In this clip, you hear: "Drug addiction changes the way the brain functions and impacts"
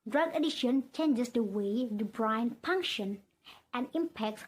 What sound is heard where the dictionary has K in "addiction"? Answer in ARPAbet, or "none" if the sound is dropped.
none